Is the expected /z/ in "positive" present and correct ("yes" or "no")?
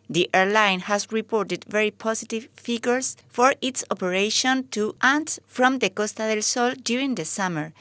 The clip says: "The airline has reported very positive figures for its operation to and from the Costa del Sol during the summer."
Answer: no